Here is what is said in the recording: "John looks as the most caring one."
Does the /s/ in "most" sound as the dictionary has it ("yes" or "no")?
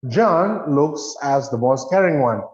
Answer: yes